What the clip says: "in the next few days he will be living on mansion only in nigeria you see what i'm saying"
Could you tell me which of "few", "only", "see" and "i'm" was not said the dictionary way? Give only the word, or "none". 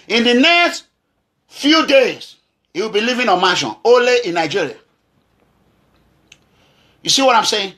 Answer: only